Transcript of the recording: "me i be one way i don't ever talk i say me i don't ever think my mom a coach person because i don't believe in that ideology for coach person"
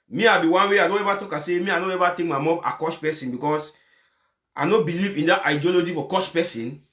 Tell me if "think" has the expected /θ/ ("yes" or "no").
no